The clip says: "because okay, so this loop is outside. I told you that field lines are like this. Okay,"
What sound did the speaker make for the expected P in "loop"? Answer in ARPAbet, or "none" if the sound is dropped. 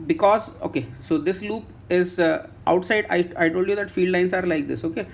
P